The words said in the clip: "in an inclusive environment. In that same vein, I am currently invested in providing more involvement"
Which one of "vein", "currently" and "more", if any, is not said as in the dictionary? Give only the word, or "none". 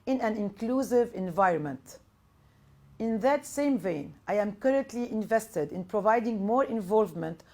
none